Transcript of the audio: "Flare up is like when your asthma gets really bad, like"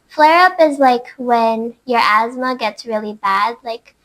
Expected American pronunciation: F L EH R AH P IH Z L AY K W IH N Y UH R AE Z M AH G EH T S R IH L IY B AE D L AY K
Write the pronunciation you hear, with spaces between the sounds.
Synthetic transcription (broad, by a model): F L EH R AH P IH Z L AY K W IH N Y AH R AE Z M AH G EH T S R IH L IY B AE D L AY K